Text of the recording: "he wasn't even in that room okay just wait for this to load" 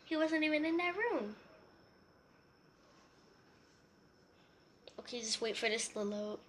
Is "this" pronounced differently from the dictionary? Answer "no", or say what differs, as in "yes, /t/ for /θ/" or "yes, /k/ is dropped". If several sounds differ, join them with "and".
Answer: no